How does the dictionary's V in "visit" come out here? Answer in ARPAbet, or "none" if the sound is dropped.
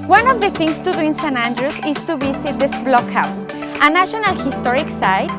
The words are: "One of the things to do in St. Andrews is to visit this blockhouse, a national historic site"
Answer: B